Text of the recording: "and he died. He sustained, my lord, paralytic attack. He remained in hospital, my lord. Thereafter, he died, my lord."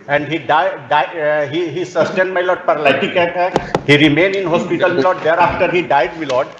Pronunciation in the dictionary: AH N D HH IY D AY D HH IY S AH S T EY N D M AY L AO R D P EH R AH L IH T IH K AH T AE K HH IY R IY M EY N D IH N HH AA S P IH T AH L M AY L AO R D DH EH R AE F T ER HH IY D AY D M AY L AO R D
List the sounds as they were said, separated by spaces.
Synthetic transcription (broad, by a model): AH N D HH IY D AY D HH IY S AH S T EY N D M AY L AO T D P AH R L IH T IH K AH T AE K HH IY R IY M EY N IH N HH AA S P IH T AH L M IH L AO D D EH R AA F T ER HH IY D AY D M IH L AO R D